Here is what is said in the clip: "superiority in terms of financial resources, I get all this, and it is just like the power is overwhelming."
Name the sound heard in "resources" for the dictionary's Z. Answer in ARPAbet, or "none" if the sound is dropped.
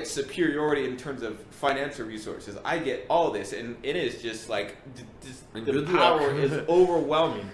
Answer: Z